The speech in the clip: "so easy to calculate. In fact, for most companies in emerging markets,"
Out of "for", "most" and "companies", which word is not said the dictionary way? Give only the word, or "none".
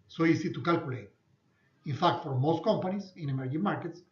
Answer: companies